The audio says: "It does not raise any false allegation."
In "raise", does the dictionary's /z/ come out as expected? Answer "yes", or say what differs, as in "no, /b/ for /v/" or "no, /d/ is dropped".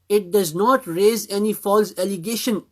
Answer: yes